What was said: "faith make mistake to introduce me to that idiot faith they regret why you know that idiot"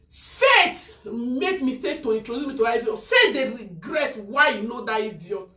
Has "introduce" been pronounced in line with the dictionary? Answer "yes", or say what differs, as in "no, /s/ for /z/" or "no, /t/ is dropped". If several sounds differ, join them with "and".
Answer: no, /s/ is dropped